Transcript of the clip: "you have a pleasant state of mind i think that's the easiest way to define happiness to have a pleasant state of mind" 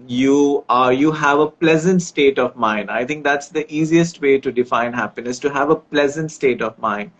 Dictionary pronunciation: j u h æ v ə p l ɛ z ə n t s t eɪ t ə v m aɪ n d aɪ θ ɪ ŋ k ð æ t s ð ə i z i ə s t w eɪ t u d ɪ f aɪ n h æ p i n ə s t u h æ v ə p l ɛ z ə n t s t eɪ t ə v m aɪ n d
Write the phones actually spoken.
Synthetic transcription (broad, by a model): j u h æ v ə p l ɛ z ə n t s t eɪ t ə v m aɪ n d aɪ t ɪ ŋ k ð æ t s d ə i z i ə s t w eɪ t u d ɪ f aɪ n h æ p i n ə s t u h æ v ə p l ɛ z ə n t s t eɪ t ə v m aɪ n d